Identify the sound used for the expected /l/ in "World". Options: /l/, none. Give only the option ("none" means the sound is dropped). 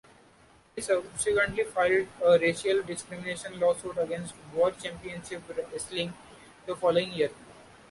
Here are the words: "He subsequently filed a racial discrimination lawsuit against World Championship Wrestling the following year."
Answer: none